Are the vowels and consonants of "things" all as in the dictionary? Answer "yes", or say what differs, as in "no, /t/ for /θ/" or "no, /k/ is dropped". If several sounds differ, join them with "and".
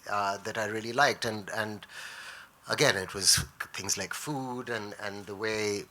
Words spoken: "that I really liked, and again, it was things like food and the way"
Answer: yes